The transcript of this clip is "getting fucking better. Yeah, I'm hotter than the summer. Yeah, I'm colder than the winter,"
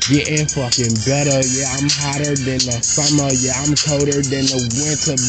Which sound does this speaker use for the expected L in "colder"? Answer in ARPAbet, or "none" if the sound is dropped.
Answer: none